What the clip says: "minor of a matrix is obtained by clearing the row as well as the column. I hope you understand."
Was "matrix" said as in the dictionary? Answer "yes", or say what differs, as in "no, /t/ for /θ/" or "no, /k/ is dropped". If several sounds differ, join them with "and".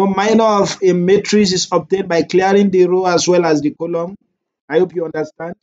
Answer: no, /k/ is dropped